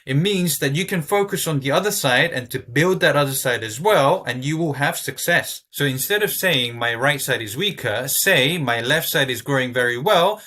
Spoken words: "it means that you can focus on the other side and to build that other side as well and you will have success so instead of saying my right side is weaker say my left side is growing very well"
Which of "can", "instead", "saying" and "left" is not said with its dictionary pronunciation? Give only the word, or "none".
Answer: none